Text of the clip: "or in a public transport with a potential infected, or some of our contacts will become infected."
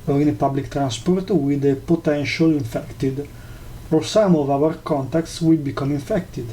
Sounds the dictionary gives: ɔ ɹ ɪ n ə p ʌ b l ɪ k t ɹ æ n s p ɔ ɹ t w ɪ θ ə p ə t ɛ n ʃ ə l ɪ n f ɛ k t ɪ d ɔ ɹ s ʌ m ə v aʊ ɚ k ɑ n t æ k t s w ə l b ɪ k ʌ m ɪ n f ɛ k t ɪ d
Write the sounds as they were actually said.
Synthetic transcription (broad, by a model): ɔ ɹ ɪ n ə p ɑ b l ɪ k t ɹ æ n s p ɔ ɹ t w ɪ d ə p ə t ɛ n ʃ ə l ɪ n f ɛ k t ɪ d ɔ ɹ s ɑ m ə v aʊ ɚ k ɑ n t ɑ k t s w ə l b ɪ k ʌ m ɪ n f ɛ k t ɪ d